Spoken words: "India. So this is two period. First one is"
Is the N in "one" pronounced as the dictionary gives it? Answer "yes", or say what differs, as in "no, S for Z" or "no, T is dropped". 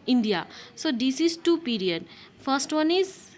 yes